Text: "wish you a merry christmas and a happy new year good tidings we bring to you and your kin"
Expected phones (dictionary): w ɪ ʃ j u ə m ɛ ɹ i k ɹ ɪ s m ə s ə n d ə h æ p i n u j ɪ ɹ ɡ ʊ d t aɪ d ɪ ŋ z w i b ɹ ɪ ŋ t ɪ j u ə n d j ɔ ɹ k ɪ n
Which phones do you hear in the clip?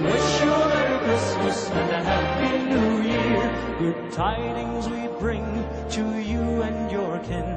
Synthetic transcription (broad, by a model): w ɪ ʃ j ə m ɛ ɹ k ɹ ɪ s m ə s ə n ə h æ b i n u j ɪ ɡ ʊ d t aɪ d ɪ ŋ z w i b ɹ ɪ ŋ t ɪ j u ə n j ɔ ɹ k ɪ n